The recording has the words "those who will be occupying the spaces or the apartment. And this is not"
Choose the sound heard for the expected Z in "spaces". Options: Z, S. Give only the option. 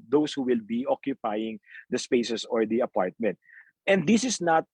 S